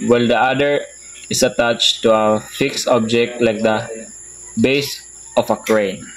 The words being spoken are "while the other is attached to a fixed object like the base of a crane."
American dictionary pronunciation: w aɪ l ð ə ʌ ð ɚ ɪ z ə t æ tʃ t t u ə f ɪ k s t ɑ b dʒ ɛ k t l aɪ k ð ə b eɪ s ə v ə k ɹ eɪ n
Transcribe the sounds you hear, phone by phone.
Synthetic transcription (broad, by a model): w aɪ l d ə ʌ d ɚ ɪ s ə t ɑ tʃ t t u ə f ɪ k s t ɑ b dʒ ɛ k t l aɪ k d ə b eɪ s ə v ə k ɹ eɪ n